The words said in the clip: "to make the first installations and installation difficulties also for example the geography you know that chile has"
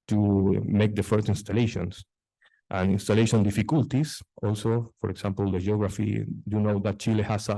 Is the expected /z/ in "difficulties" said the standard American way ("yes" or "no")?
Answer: no